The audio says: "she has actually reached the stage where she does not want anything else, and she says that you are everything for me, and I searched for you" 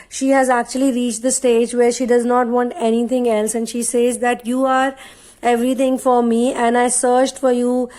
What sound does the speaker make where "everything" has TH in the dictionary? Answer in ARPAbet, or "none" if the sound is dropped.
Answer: T